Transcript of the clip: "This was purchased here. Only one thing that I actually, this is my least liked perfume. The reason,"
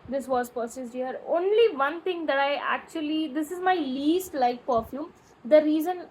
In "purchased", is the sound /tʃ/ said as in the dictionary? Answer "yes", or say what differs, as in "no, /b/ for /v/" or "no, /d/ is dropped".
no, /s/ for /tʃ/